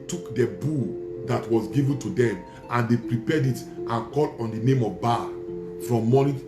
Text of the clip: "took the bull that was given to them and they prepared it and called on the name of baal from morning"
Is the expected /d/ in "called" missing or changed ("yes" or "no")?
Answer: yes